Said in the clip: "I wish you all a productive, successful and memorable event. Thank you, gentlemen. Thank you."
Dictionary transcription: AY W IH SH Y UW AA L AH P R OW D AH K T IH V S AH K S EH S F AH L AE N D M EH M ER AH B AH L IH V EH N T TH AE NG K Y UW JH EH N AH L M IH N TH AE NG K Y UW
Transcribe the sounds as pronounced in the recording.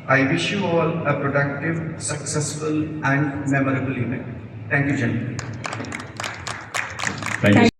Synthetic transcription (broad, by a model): AY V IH SH Y UW AA L AH P R OW D AH K T IH V S AH K S EH S F AH L AE N D M EH M ER AH B AH L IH P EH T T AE NG K Y UW JH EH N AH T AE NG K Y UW